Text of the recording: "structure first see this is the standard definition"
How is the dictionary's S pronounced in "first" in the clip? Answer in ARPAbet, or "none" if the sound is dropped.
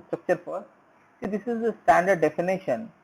none